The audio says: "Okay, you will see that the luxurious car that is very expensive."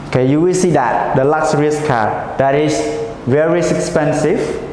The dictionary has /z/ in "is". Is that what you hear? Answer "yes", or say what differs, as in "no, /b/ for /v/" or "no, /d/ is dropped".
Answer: no, /s/ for /z/